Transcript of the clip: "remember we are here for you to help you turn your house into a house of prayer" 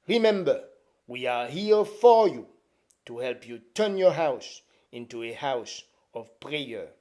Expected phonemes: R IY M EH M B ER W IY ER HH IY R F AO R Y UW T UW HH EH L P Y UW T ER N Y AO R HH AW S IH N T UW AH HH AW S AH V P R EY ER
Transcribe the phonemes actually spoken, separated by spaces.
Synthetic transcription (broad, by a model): R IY M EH M B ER W IY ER HH IY R F AO R Y UW T UW HH EH L P Y UW T ER N Y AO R HH AW S IH N T UW AH HH AW S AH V P R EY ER